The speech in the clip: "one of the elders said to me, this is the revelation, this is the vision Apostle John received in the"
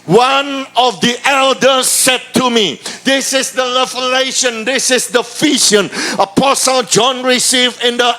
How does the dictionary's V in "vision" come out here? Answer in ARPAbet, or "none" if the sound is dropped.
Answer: F